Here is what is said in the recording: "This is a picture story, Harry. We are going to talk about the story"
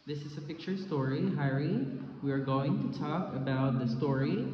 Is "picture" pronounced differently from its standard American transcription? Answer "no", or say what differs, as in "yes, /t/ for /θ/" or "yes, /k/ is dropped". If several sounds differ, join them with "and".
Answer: no